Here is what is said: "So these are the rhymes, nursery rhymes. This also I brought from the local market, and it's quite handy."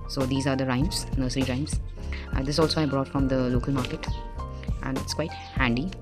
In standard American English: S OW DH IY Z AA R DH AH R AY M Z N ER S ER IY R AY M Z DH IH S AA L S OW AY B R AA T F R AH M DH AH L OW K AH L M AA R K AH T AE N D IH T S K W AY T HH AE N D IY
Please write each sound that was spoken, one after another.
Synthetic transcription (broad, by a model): S OW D IY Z AA R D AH R AY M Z N ER S ER IY R AY M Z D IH S AA L S OW AY B R AA T F R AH M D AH L OW K AH L M AA R K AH T AE N D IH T S K W AY T HH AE N D IY